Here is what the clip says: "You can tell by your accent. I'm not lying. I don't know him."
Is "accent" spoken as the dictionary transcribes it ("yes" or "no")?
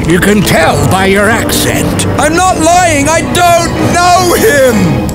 yes